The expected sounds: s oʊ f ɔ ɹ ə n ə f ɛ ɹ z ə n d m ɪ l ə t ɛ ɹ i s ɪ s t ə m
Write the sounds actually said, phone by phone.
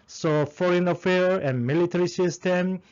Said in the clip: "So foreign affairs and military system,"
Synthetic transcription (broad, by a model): s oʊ f ɔ ɹ ə n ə f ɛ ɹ ə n m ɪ l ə t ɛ ɹ i s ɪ s t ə m